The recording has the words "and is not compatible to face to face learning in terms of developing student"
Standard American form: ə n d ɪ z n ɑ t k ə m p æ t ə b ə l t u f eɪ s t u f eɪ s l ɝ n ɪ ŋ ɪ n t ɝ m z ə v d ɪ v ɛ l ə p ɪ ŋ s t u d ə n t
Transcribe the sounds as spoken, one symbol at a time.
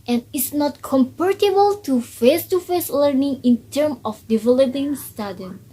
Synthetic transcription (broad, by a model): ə n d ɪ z n ɑ t k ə m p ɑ t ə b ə l t u f eɪ s t u f eɪ s l ɝ n ɪ ŋ ɪ n t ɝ m ə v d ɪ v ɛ l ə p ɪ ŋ s t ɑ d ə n